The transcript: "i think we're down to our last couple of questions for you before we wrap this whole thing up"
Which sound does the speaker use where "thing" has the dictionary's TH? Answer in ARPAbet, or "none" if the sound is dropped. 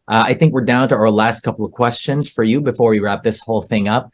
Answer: TH